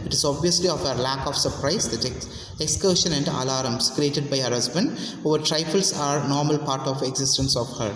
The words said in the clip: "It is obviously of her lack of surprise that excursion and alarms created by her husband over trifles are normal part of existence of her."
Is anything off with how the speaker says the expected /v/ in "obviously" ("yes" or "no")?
no